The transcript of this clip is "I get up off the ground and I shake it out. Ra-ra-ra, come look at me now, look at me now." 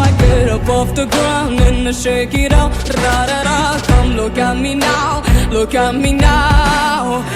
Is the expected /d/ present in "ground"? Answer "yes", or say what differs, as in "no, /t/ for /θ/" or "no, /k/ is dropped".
no, /d/ is dropped